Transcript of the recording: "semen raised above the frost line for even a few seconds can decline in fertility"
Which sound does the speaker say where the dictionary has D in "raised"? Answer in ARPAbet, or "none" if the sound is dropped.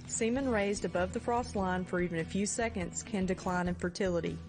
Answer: D